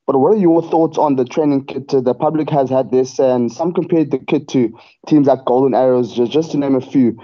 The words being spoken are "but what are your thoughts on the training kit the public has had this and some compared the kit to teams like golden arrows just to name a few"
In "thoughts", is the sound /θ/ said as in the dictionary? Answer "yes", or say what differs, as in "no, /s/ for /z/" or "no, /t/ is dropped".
yes